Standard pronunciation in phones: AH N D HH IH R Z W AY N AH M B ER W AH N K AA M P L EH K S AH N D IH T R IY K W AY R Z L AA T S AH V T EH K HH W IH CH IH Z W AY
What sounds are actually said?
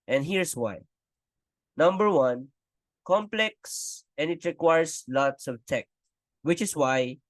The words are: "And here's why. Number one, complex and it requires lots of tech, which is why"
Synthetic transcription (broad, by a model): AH N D HH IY R S W AY N AH M B ER W AH N K AA M P L EH K S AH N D IH T R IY K W AY R S L AA T S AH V T EH K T W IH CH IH S W AY